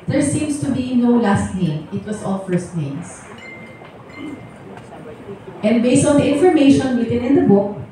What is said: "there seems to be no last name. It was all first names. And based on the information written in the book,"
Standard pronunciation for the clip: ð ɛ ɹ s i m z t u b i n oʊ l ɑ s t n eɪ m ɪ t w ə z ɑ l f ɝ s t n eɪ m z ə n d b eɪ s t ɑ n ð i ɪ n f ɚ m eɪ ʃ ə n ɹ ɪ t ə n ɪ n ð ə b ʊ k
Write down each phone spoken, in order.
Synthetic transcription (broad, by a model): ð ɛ ɹ s i m s t u b i n oʊ l ɑ s t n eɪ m ɪ t w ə s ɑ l f ɝ s t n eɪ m s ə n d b eɪ s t ɑ n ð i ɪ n f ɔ m eɪ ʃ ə n ɹ ɪ t ə n ɪ n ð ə b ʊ k